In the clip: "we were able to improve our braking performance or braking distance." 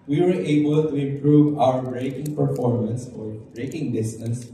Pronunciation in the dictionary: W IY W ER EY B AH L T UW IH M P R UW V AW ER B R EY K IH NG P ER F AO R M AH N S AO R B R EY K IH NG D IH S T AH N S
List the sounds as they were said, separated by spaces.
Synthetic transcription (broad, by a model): W IY W ER EY B AH L T UW IH M P R UW V AW ER B R EY K IH NG P ER F AO R M AH N S AO R B R EY K IH NG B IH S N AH S